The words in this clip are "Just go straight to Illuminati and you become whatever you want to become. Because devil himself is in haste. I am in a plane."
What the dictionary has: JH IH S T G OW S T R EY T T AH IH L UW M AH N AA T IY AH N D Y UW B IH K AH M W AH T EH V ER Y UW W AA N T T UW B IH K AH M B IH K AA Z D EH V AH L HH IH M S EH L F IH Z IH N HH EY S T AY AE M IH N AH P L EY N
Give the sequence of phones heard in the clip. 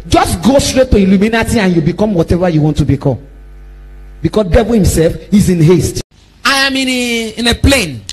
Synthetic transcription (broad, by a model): JH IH S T G OW S T R EY T T AH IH L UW M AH N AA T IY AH N Y UW B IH K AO M W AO T EH V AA Y UW W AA N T T UW B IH K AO M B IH K AA S D EH V AH L HH IH M S EH L F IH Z IH N HH EY S T AY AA M IH N AH P L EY N